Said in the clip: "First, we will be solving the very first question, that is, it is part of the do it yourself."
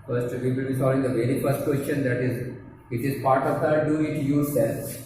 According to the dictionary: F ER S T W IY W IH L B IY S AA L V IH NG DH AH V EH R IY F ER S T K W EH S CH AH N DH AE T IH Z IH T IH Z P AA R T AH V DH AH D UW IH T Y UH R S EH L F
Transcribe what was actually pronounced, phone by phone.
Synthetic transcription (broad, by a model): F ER S T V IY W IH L B IY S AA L IH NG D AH V EH R IY F ER S T K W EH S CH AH N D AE T IH Z IH T IH Z P AA R T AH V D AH D UW IH T Y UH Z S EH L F